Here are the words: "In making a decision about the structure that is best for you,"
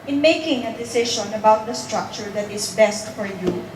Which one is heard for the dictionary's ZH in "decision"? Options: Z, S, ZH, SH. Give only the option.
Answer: SH